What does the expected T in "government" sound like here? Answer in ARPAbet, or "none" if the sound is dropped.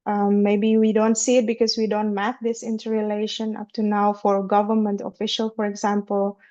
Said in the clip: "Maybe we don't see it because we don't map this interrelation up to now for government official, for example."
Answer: T